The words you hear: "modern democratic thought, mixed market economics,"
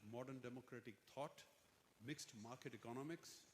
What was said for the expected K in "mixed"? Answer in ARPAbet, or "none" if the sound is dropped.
K